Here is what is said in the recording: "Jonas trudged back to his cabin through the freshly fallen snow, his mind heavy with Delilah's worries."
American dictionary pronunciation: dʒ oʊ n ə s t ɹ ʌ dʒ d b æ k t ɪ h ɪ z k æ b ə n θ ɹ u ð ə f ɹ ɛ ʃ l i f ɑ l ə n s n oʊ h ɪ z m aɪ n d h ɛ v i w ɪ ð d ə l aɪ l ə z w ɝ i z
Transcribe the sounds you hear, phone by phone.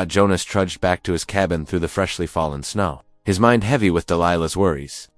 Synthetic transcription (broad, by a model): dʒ oʊ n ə s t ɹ ʌ dʒ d b æ k t ɪ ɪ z k æ b ə n θ ɹ u ð ə f ɹ ɛ ʃ l i f ɑ l ə n s n oʊ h ɪ z m aɪ n d h ɛ v i w ɪ ð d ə l aɪ l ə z w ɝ i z